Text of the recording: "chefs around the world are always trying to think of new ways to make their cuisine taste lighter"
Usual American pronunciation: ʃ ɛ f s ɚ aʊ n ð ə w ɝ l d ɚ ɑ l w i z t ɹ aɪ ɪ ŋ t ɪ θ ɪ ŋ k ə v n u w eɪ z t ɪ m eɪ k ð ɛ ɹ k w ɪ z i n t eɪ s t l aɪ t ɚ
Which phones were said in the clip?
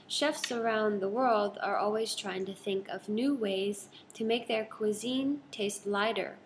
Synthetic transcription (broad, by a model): ʃ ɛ f s ɚ aʊ n ð ə w ɝ l d ɚ ɑ l w i z t ɹ aɪ ɪ ŋ t ɪ θ ɪ ŋ k ə v n u w eɪ z t ɪ m eɪ k ð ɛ ɹ k w ɪ z i n t eɪ s t l aɪ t ɚ